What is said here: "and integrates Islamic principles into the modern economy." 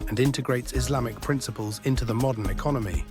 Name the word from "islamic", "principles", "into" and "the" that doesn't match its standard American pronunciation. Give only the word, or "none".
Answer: none